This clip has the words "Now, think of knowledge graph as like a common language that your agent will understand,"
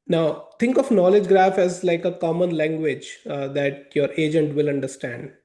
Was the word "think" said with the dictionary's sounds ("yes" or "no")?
no